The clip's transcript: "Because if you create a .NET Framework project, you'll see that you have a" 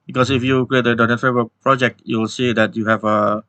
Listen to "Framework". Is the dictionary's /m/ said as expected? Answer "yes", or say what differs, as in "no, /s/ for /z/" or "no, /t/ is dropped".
no, /m/ is dropped